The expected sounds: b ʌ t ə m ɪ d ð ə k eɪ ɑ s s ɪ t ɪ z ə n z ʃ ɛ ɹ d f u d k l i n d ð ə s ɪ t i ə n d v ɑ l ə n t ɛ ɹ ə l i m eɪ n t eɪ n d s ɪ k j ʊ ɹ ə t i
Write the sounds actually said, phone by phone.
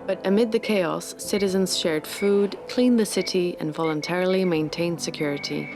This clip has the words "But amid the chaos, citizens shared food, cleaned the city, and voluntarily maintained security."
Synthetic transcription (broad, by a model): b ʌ t ə m ɪ d ð ə k eɪ ɑ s s ɪ t ɪ z ə n z ʃ ɛ ɹ d f u d k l i n ð ə s ɪ t i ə n v ɑ l ə n t ɛ ɹ ə l i m eɪ n t eɪ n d s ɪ k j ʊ ɹ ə t i